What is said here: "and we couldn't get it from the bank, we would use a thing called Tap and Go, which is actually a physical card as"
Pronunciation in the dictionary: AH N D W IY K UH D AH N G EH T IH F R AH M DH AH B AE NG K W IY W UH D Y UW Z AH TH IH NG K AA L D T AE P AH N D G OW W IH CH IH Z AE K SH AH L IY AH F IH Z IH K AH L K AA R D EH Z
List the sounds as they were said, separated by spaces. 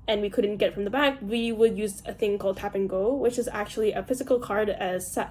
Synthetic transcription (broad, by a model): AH N W IY K UH D N G EH T F R AH M DH AH B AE K W IY W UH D Y UW Z AH TH IH NG K AA L D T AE P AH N G OW W IH CH IH Z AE K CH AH L IY AH F IH Z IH K L K AA R D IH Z